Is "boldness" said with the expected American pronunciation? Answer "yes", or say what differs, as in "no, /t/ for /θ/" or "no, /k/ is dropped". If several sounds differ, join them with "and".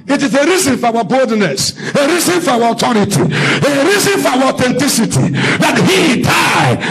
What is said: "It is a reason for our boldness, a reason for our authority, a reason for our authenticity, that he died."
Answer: yes